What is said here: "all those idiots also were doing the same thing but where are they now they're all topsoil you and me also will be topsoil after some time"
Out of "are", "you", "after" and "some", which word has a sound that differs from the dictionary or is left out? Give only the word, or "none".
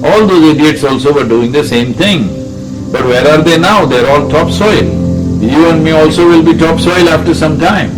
none